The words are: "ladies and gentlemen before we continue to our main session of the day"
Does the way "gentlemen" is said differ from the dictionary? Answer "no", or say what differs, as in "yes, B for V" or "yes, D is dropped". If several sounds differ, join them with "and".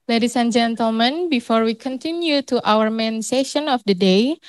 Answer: no